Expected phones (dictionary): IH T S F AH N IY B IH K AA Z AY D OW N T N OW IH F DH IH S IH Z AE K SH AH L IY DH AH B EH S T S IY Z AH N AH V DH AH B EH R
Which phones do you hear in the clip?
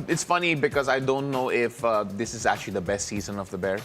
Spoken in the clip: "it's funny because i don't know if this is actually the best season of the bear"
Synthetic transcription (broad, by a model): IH T S F AH N IY B IH K AA Z AY D OW N T N OW IH F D IH S IH Z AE K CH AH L IY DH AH B EH S T S IY Z AH N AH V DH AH B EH R